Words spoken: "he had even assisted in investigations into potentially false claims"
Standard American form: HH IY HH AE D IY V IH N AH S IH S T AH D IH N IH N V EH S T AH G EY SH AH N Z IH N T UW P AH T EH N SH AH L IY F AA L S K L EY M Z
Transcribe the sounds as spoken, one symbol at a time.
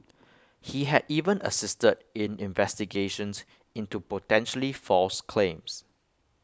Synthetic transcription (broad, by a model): HH IY HH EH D IY V IH N AH S IH S T AH D IH N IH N V EH S T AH G EY SH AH N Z IH N T UW P AH T EH N SH AH L IY F AA L S K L EY M S